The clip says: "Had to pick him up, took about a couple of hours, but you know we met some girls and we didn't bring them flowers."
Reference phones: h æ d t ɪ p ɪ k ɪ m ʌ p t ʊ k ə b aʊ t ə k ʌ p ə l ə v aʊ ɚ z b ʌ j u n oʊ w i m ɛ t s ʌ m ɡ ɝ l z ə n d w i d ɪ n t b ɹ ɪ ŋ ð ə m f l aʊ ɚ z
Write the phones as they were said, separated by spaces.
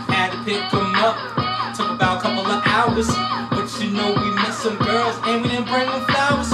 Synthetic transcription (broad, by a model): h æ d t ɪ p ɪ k ɪ m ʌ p t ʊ k ə b aʊ t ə k ʌ p l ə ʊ ɚ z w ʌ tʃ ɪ n oʊ w i m ɛ t s ʌ m ɡ ɝ l z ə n w i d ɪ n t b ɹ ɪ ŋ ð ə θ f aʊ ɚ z